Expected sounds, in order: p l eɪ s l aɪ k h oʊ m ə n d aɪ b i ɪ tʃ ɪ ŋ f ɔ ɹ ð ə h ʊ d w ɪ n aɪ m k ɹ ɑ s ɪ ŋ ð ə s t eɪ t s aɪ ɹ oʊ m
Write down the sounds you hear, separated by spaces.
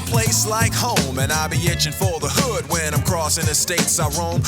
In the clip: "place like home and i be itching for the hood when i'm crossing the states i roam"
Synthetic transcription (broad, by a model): p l eɪ s l aɪ k h oʊ m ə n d aɪ b i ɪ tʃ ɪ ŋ f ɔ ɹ ð ə h ʊ d w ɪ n aɪ m k ɹ ɑ s ɪ ŋ ð ə s t eɪ t s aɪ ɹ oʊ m